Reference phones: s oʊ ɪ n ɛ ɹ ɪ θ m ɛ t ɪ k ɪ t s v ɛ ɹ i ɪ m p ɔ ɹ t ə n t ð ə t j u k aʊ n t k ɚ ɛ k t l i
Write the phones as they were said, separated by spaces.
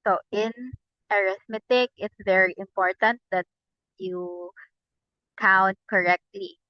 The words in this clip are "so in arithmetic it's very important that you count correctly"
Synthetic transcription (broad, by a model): s oʊ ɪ n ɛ ɹ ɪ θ m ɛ t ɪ k ɪ t s v ɛ ɹ i ɪ m p ɔ ɹ t ə n t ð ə t j u k aʊ n t k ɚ ɛ k t l i